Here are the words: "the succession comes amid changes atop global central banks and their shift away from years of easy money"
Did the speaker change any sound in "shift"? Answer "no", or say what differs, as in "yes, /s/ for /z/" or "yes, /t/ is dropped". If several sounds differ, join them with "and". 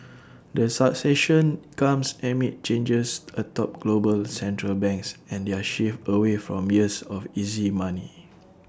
yes, /t/ is dropped